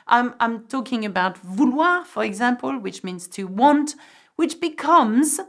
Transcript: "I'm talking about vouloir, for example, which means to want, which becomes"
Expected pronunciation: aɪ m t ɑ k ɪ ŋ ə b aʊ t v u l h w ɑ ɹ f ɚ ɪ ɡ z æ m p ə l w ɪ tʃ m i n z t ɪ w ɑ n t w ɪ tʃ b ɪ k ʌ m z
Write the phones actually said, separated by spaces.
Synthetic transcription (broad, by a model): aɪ m t ɑ k ɪ ŋ ə b aʊ t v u l w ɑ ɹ f ɚ ɪ ɡ z æ m p ə l w ɪ tʃ m i n z t ɪ w ɑ n t w ɪ tʃ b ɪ k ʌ m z